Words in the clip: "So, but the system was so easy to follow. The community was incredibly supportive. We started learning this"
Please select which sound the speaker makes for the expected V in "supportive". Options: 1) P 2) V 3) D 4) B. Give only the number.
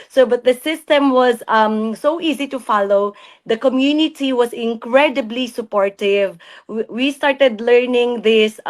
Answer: 2